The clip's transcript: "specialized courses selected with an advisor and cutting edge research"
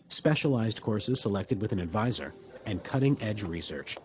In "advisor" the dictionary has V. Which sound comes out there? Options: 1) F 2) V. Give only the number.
2